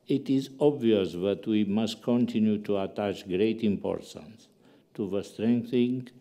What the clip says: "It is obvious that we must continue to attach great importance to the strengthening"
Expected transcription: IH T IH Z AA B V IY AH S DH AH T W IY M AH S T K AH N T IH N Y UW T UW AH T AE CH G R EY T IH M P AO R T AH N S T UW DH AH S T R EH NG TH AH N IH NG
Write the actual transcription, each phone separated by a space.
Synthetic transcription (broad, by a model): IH T IH Z AA B V IY AH S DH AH T W IY M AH S T K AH N T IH N Y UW T UW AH T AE CH G R EY T IH M P AO R T AH N S T UW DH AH S T R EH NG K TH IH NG